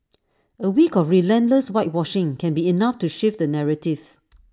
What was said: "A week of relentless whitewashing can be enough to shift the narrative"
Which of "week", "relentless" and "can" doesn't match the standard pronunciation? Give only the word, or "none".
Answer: none